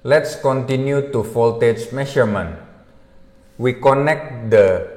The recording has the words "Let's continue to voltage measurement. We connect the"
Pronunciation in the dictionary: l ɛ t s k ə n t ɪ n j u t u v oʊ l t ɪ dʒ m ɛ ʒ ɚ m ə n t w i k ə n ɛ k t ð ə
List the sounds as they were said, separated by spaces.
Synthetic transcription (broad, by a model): l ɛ t s k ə n t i n j u t u f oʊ l t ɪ tʃ m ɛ ʃ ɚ m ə n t w i k ə n ɛ k t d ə